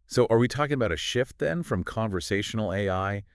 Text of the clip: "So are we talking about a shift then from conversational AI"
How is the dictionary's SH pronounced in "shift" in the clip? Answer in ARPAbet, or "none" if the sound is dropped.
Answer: SH